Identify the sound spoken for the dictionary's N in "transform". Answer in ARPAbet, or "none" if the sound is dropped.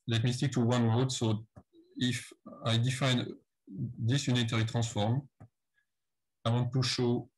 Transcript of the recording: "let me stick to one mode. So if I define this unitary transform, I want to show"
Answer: none